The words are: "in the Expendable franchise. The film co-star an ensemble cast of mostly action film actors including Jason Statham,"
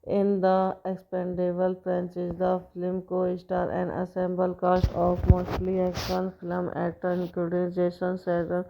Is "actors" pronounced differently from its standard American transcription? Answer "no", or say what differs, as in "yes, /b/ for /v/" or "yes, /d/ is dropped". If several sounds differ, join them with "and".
yes, /k/ is dropped